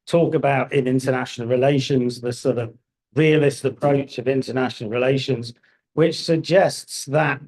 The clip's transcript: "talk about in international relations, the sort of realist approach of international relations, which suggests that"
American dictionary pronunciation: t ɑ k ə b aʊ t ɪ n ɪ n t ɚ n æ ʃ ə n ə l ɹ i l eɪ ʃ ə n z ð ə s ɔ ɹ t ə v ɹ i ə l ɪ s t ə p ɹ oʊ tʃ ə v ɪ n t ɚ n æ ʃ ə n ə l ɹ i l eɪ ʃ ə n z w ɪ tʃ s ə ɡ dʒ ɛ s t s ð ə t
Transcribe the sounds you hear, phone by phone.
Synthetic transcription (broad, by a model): t ɑ k ə b aʊ t ɪ n ɪ n t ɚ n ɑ ʃ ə n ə l ɹ i l eɪ ʃ ə n z ð ə s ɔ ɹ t ə v ɹ i ə l ɪ s t ə p ɹ oʊ tʃ ə v ɪ n t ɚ n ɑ ʃ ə n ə l ɹ i l eɪ ʃ ə n z w ɪ tʃ s ə ɡ dʒ ɛ s t s ð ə t